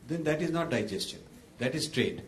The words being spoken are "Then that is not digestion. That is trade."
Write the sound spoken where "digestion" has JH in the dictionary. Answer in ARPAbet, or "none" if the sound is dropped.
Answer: JH